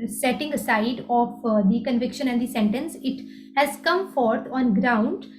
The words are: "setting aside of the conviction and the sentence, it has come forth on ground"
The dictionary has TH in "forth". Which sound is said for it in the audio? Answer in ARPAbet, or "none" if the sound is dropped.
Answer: T